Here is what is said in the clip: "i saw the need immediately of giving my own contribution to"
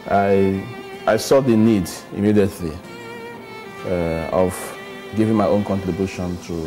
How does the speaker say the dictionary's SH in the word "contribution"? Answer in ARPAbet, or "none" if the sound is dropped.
SH